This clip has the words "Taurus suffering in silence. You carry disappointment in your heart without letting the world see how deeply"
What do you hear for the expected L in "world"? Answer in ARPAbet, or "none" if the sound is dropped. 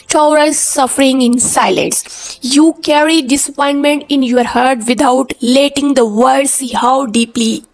none